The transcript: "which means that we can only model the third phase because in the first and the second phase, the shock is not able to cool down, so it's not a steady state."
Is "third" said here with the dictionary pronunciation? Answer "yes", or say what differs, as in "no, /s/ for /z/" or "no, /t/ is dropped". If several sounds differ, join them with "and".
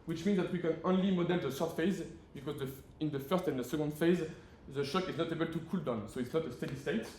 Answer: no, /s/ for /θ/